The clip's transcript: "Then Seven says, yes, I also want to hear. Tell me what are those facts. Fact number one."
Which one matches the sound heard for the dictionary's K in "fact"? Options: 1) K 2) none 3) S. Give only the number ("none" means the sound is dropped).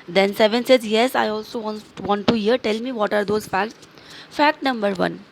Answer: 1